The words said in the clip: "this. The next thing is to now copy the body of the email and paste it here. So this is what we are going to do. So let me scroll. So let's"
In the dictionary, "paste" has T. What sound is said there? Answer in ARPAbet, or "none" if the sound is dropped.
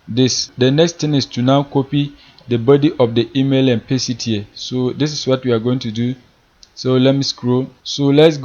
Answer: none